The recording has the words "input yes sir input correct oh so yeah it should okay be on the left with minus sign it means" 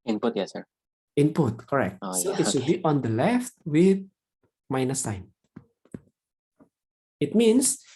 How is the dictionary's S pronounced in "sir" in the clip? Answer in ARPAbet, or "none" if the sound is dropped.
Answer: S